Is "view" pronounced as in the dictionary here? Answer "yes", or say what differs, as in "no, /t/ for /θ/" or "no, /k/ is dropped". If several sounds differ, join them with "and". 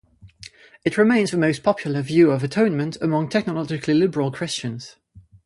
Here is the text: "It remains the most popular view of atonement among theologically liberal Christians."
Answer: yes